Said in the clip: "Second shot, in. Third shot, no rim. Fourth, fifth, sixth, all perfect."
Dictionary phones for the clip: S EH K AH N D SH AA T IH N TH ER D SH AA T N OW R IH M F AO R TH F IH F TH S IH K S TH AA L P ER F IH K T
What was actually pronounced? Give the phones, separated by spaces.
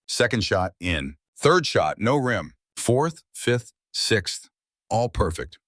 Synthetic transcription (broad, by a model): S EH K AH N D SH AA T IH N TH ER D SH AA T N OW R IH M F AO R TH F IH F TH S IH K S TH AA L P ER F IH K T